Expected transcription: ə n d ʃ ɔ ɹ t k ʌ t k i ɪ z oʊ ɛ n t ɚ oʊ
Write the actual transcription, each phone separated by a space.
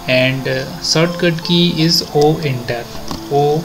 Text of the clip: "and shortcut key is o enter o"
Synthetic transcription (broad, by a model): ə n d s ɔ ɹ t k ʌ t k i ɪ z oʊ ɛ n t ɚ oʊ